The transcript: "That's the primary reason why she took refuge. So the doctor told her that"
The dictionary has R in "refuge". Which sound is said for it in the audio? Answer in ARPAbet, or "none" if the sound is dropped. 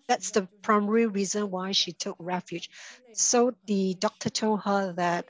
R